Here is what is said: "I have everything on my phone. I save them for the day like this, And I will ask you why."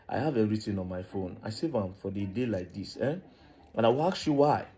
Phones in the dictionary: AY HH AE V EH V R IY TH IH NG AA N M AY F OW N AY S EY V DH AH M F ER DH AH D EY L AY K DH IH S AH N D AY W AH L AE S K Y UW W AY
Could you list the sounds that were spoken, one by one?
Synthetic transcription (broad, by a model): AY HH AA V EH R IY T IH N AA N M AY F OW N AY S EY V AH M F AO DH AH D EY L AY K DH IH S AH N AY W AH L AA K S Y UW W AY